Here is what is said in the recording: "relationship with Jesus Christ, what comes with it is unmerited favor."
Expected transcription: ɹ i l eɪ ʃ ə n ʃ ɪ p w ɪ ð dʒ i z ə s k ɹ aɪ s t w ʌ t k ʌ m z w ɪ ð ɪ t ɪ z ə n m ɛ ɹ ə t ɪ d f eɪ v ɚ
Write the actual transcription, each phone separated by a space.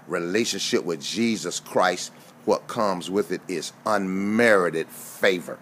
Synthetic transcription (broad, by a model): ɹ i l eɪ ʃ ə n ʃ ɪ p w ɪ ð dʒ i z ə s k ɹ aɪ s t w ʌ t k ʌ m z w ɪ ð ɪ t ɪ z ə n m ɛ ɹ ə t ɪ d f eɪ v ɚ